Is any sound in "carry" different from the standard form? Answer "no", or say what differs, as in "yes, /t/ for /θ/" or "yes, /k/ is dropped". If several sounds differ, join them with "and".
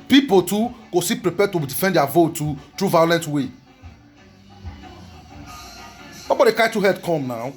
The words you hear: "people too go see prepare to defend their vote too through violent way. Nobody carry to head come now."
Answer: yes, /ɹ/ is dropped